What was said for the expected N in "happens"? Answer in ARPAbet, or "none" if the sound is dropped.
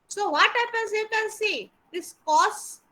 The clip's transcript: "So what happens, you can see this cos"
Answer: none